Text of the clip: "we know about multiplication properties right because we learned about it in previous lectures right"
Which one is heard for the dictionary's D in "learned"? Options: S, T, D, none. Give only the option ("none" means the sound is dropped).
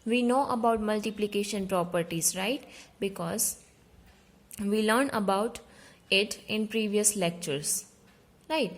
none